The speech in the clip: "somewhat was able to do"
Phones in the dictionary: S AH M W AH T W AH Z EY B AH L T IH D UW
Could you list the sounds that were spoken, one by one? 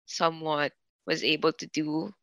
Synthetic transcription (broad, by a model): S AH M W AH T W AH Z EY B AH L T IH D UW